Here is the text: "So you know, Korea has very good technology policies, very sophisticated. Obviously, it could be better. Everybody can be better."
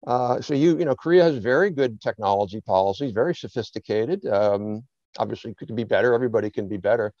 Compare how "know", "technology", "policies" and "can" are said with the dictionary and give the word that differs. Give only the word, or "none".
none